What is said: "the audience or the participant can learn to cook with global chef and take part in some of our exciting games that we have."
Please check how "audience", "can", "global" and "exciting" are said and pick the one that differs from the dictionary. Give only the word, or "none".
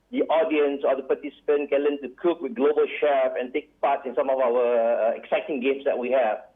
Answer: none